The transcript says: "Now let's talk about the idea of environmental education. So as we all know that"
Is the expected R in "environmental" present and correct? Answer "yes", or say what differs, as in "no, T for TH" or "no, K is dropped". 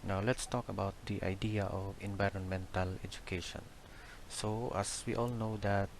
yes